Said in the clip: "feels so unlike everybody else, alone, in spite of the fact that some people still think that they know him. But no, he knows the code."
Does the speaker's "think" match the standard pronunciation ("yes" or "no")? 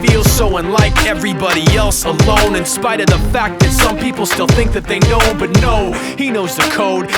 yes